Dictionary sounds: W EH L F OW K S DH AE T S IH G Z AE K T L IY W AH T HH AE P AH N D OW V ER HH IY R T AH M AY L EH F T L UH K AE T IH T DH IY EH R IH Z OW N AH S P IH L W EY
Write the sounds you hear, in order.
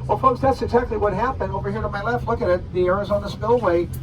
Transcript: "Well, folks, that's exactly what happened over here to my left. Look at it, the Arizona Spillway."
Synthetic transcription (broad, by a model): W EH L F OW K S DH AE T S IH G Z AE K T L IY W AH T HH AE P AH N D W W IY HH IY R T AH M AY L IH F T L UH K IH T IH T DH IY EH R IH Z OW N AH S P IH L W EY